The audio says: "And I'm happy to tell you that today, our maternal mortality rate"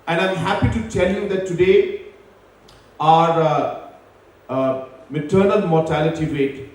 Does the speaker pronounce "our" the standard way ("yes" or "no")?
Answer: yes